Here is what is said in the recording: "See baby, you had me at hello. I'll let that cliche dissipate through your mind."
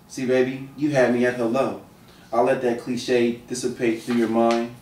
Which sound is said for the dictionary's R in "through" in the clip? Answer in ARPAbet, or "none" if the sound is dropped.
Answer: R